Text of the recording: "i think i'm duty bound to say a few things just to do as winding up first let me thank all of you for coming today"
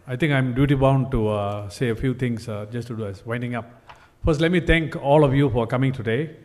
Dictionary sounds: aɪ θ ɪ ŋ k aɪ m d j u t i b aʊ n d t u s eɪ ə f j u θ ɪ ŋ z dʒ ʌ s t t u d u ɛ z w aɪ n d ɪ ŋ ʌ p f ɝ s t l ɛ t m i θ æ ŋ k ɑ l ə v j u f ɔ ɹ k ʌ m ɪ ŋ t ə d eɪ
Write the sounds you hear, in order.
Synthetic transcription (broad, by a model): aɪ t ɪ ŋ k aɪ m d j u t i b aʊ n d t u s eɪ ə f j u t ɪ ŋ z dʒ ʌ s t t u d u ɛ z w aɪ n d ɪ ŋ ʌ p f ɝ s t l ɛ t m i t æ ŋ k ɑ l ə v j u f ɔ ɹ k ʌ m ɪ ŋ t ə d eɪ